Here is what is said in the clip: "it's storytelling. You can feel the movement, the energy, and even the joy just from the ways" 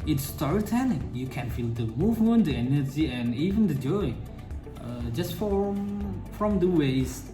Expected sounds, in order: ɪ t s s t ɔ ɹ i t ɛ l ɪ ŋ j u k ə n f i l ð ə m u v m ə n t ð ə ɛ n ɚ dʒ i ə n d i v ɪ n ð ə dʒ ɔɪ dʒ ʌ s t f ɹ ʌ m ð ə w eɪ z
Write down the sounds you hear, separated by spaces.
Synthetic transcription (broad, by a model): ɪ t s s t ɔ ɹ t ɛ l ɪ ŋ j u k ə n f i l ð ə m u v m ə n t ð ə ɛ n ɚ dʒ i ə n i v ɪ n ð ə dʒ ɔɪ dʒ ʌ s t f ɹ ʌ m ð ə w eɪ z